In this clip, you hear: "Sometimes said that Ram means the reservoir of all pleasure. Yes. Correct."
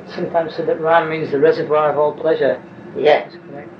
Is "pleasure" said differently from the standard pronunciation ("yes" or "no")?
no